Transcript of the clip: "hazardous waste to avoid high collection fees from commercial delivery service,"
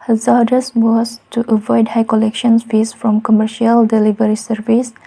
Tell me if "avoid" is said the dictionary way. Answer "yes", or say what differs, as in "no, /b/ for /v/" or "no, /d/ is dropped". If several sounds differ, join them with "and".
yes